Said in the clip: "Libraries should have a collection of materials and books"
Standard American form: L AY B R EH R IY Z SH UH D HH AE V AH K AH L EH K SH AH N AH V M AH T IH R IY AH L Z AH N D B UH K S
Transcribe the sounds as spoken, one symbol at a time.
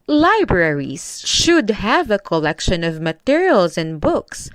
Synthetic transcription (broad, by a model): L AY B R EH R IY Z SH UH D HH AE V AH K AH L EH K SH AH N AH V M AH T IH R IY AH L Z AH N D B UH K S